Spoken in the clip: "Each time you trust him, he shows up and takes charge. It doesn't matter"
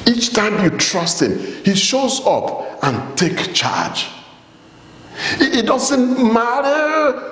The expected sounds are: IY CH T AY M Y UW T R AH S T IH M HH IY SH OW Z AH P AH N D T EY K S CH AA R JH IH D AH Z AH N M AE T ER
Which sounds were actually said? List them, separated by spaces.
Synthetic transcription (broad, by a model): IY CH T AY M Y UW T R AH S T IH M HH IY SH OW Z AH P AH N T EY K CH AA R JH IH D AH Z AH N M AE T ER